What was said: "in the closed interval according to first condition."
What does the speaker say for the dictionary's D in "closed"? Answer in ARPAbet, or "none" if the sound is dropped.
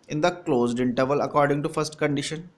D